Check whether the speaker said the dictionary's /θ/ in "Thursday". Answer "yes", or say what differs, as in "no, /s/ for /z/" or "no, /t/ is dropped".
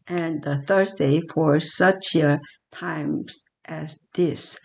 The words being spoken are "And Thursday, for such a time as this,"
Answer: yes